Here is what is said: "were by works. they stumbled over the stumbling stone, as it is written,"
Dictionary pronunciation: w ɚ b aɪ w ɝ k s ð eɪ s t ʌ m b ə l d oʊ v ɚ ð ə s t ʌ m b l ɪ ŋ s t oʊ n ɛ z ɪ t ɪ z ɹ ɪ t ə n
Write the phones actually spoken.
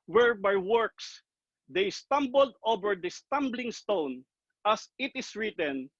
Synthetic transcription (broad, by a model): w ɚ b aɪ w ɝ k s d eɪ s t ʌ m b ə l d oʊ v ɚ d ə s t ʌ m b l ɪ ŋ s t oʊ n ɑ s ɪ t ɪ s ɹ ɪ t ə n